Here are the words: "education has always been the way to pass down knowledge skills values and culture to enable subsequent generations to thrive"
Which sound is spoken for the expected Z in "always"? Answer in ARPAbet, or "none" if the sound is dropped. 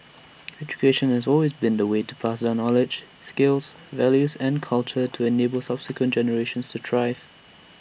Z